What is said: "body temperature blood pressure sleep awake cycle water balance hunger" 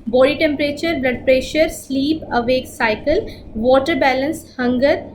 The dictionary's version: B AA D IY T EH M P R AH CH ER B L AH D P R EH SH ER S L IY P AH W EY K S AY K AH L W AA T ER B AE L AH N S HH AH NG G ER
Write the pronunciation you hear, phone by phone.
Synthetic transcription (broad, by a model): B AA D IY T EH M P R AH CH ER B L AH D P R EH SH ER S L IY P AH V EY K S AY K AH L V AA T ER B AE L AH N S HH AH NG G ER